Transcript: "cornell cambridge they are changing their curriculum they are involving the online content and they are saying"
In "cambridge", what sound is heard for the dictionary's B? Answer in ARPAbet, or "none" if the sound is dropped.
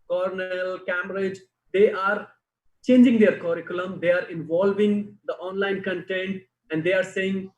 none